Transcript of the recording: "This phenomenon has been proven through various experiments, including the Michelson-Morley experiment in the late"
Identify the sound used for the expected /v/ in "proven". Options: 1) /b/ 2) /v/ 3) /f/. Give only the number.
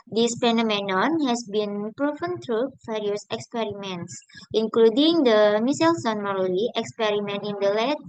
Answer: 3